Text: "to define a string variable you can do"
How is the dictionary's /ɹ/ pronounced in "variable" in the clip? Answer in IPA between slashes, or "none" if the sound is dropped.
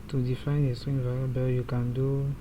/l/